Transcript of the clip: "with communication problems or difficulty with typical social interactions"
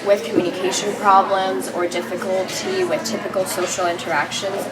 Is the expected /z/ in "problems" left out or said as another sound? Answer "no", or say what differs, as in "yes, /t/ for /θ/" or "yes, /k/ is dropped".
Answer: no